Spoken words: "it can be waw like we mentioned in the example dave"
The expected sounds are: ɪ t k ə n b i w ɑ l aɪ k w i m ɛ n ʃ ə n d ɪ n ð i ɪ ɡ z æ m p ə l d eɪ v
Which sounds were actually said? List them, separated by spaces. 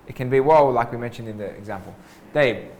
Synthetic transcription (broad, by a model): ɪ t k ə n b i w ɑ l aɪ k w i m ɛ n ʃ ə n d ɪ n ð i ɪ ɡ z æ m p ə l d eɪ